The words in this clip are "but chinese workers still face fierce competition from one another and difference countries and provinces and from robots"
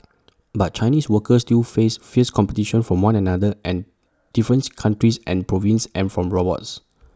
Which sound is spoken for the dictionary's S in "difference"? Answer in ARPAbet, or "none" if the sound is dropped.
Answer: none